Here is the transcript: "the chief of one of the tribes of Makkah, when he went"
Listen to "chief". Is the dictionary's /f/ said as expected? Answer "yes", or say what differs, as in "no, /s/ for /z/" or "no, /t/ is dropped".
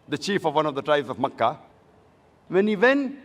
yes